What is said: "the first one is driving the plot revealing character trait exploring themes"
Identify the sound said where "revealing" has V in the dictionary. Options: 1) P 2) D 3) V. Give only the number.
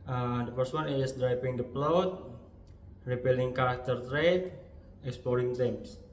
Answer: 1